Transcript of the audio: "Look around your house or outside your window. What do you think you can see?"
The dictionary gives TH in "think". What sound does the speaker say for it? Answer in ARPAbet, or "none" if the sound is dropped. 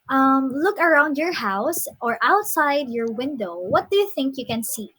TH